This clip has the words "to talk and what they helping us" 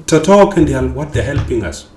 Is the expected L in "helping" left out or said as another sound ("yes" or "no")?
no